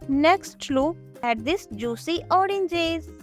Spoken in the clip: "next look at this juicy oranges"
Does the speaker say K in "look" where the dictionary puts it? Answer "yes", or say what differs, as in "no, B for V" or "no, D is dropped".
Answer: no, K is dropped